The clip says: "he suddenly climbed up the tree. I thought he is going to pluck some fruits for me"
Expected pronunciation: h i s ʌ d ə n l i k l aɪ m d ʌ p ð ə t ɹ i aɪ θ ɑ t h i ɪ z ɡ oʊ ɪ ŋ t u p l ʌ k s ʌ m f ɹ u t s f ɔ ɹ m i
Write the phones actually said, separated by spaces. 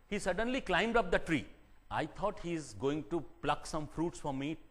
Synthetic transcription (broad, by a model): h i s ʌ d ə n l i k l aɪ m d ʌ p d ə t ɹ i aɪ t ɑ t h i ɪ z ɡ oʊ ɪ ŋ t u p l ʌ k s ʌ m f ɹ u t s f ɔ ɹ m i